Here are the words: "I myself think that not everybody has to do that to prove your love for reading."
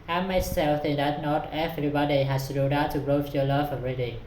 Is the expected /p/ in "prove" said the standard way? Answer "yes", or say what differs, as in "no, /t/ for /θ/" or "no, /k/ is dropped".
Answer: no, /b/ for /p/